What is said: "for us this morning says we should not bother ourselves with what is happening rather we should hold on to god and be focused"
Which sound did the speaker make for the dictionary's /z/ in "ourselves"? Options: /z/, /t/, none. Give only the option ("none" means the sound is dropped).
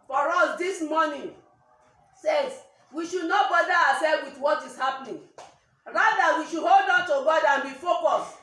none